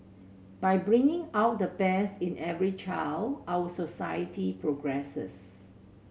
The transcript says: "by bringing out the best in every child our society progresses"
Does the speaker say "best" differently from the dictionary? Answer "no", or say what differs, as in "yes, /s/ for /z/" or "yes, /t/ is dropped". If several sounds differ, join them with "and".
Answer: yes, /t/ is dropped